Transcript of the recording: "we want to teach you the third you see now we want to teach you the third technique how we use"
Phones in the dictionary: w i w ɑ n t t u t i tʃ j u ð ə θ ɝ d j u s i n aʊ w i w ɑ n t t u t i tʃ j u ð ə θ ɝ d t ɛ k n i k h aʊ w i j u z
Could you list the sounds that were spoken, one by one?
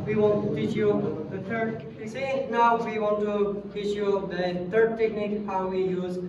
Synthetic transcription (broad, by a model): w i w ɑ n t t u t i tʃ j u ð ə t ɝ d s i n aʊ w i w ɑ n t t u t i tʃ j u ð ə t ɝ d t ɛ k n i k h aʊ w i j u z